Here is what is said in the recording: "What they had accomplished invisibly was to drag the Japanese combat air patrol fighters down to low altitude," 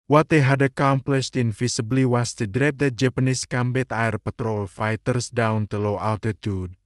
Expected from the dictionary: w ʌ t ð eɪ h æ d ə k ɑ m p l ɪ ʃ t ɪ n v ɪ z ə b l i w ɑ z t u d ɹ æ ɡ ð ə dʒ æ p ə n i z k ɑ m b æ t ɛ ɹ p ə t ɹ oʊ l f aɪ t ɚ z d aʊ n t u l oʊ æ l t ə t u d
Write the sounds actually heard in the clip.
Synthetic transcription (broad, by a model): w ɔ t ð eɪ h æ d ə k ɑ m p l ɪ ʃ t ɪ n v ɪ s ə b l i w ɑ s t u d ɹ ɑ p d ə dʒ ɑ p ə n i s k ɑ m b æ t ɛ ɹ p ə t ɹ oʊ l f aɪ t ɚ s d aʊ n t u l oʊ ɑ l t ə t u d